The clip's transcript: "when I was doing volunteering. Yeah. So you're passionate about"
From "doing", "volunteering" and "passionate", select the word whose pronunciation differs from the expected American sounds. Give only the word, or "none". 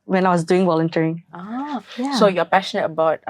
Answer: volunteering